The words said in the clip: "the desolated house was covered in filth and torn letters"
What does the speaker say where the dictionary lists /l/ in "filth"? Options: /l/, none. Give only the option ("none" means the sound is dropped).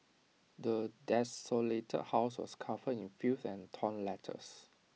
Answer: none